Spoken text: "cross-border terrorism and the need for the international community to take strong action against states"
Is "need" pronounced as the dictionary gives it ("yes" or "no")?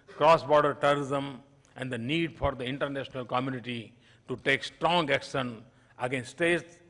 yes